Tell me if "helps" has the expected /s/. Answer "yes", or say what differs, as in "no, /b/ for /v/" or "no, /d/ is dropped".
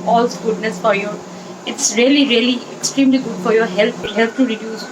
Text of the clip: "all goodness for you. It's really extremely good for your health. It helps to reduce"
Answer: no, /s/ is dropped